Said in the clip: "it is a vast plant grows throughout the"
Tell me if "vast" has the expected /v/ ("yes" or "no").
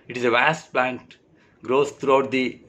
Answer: yes